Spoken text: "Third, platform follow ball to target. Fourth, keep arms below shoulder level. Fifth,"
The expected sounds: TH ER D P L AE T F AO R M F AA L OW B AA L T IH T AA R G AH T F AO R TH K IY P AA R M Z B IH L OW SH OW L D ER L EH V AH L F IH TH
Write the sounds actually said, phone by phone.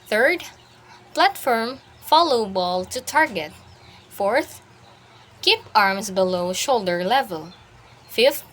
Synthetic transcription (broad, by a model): TH ER D P L AE T F AO R M F AA L OW B AA L T IH T AA R G AH T F AO R TH K IY P AA R M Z B IH L OW SH OW L D ER L EH V AH L F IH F